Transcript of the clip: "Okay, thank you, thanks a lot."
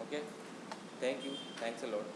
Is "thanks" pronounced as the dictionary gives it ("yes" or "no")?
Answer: no